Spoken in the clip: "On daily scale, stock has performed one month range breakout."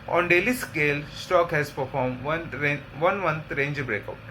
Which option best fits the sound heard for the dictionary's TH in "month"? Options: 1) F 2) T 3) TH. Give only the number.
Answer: 2